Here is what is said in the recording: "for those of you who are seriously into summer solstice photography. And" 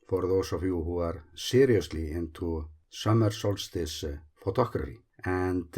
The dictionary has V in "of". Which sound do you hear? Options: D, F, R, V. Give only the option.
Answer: F